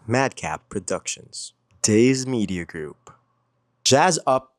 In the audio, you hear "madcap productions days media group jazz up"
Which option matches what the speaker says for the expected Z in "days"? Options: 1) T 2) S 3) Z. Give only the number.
3